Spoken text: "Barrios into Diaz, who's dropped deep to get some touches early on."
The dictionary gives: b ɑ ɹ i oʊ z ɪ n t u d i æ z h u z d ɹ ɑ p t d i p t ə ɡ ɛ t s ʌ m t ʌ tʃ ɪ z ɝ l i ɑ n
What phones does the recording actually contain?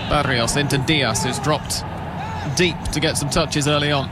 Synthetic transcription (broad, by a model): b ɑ ɹ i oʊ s ɪ n t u d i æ s h u z d ɹ ɑ p t d i p t ə ɡ ɛ t s ʌ m t ʌ tʃ ɪ z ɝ l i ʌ n